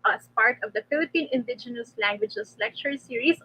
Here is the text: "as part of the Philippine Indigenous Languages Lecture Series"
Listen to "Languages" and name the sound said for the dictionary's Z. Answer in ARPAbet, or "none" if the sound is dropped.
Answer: S